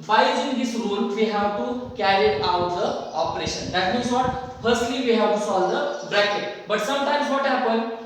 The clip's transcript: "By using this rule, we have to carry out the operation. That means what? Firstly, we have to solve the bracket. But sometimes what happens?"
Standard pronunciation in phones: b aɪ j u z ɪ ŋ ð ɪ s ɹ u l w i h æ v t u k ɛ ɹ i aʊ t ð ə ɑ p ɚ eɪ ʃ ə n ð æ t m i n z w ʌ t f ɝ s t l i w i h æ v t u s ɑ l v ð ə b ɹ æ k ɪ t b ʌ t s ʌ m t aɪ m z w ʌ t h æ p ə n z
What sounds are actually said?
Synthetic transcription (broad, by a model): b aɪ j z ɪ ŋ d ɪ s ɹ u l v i h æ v t u k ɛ ɹ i aʊ t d ə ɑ p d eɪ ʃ ə n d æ t m i n z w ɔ t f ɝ s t l i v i h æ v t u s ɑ l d ə b ɹ æ k ɪ t b ʌ t s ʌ m t aɪ m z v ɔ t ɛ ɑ p ə n